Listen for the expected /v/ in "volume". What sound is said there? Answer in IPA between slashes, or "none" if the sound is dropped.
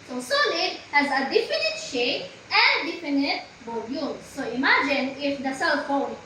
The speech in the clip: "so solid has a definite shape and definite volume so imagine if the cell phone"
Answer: /b/